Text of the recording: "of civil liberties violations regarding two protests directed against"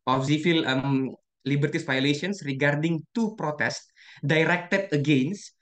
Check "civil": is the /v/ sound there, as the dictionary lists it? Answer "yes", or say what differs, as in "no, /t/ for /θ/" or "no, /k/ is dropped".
no, /f/ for /v/